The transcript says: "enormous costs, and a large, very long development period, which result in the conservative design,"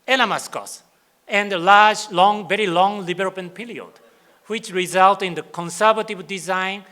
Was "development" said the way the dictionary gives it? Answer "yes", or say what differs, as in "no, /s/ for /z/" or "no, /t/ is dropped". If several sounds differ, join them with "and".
no, /b/ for /v/ and /m/ is dropped